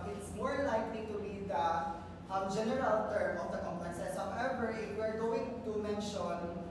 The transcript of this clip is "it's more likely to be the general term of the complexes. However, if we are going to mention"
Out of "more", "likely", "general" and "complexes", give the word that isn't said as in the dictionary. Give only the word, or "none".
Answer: complexes